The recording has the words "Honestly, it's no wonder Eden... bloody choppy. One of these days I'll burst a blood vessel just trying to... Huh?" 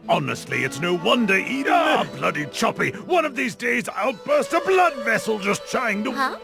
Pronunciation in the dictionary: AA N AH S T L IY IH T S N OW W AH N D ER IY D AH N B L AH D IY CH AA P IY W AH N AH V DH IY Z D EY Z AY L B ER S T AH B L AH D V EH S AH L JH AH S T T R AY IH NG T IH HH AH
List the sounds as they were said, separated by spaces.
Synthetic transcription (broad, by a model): AA N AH S T L IY IH T S N OW W AH N D ER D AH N B L AH D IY CH AA P IY W AH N AH V DH IY Z D EY Z AY L B ER S T AH B L AH D V EH S L JH AH S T T R AY IH NG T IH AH